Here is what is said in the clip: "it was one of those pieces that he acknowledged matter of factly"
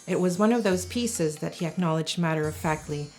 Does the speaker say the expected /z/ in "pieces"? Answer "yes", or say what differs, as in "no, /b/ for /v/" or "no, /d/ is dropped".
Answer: yes